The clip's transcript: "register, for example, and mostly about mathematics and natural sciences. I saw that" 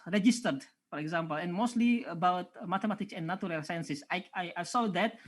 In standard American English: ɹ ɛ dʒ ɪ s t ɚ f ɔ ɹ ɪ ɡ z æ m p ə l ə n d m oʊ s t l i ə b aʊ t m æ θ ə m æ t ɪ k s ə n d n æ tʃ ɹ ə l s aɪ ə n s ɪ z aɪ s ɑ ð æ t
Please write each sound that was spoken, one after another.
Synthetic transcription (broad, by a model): ɹ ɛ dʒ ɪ s t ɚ f ɔ ɹ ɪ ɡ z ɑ m p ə l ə n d m oʊ s t l i ə b aʊ t m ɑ t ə m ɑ t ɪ k s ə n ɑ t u ɹ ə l s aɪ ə n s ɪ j aɪ s ɑ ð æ t